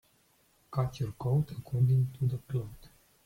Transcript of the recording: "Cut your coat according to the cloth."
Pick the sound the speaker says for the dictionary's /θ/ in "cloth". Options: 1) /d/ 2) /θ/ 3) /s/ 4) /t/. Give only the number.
4